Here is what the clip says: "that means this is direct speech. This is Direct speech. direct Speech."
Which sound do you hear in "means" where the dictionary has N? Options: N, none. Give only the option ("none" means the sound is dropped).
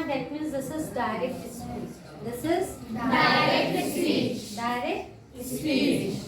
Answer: none